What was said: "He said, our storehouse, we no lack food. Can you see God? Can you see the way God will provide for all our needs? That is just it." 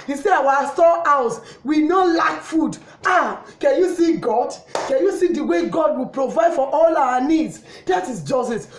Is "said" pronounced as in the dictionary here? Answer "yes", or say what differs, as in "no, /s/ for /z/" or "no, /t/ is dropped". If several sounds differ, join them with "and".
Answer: no, /d/ is dropped